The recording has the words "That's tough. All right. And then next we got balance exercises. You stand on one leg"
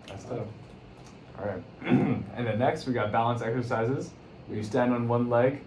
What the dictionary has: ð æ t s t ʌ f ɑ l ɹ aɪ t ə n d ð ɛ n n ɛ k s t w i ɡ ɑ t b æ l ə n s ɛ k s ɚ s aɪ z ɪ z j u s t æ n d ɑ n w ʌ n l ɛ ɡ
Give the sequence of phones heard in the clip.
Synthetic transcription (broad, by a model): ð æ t s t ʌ ɑ ɹ aɪ t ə n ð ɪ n n ɛ k s t w i ɡ ɑ t b æ l ə n s ɛ k s ɚ s aɪ z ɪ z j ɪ s t æ n d n w ʌ n l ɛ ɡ